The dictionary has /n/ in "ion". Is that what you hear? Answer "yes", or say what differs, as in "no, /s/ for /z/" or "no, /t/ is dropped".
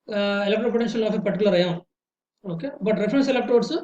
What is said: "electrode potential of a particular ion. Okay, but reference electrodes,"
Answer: no, /n/ is dropped